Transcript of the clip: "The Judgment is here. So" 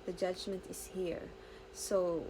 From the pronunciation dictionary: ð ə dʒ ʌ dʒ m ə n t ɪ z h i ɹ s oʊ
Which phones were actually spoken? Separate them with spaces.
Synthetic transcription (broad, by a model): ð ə dʒ ʌ dʒ m ə n t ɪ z h i ɹ s oʊ